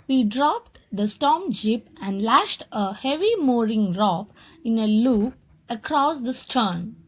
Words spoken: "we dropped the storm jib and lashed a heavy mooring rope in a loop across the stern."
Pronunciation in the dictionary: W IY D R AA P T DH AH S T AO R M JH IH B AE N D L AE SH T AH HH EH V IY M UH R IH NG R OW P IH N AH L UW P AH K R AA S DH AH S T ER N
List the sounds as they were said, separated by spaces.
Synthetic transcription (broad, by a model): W IY D R AA P T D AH S T AO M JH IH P AE N D L AE SH T AH HH EH V IY M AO R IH NG R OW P IH N AH L UW P AH K R AA S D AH S T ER N